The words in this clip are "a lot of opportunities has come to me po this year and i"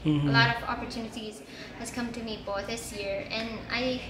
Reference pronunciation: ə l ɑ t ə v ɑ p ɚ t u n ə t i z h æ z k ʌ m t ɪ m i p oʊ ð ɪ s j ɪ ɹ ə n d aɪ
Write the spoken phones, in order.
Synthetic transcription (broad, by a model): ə l ɑ t ə v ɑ p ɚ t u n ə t i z h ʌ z k ʌ m t ɪ m i b oʊ ð ɪ s j ɪ ɹ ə n aɪ